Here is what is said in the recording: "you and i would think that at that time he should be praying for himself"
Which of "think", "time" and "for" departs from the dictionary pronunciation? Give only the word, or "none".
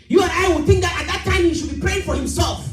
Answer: none